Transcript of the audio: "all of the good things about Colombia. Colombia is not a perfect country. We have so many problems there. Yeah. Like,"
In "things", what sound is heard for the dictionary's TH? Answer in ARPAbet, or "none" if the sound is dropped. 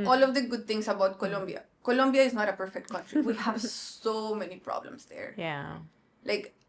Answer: T